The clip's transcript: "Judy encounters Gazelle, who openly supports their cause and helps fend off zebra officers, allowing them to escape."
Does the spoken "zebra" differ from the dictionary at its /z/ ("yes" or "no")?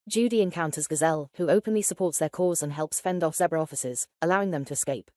yes